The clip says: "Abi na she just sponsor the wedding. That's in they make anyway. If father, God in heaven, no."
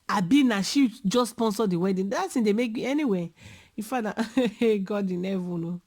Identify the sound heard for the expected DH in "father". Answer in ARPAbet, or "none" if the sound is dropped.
none